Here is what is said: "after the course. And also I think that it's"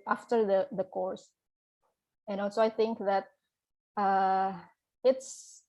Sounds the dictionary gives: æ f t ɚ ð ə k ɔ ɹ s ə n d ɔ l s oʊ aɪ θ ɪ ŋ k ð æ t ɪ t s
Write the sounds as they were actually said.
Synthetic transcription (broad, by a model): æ f t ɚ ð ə k ɔ ɹ s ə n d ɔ s oʊ aɪ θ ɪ ŋ k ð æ t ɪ t s